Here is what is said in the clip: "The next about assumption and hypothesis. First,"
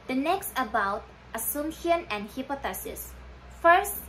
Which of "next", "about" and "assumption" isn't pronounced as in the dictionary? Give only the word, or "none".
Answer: assumption